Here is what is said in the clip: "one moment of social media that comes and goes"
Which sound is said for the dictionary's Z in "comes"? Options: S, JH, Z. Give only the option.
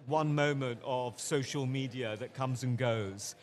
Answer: Z